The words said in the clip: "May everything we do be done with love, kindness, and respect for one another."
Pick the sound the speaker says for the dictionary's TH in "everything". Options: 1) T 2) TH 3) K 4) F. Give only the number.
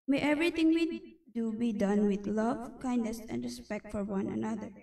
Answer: 1